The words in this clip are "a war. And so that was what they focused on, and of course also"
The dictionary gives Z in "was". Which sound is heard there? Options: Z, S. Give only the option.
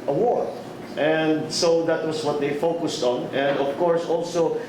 S